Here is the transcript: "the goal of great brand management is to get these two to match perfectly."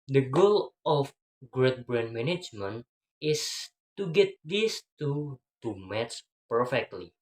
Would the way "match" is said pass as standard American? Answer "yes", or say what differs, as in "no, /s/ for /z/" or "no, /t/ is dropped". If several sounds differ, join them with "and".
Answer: no, /s/ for /tʃ/